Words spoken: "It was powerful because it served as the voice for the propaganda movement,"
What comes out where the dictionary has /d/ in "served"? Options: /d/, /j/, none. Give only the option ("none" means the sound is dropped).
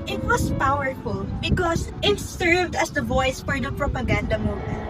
/d/